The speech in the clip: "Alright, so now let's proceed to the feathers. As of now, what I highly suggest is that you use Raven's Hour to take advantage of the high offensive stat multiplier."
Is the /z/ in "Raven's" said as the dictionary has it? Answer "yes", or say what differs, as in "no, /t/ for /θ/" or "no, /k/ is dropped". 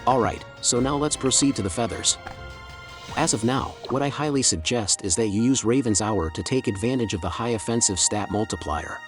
yes